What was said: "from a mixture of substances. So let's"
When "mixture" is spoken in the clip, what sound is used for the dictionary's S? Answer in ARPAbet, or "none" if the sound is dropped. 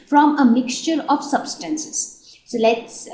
S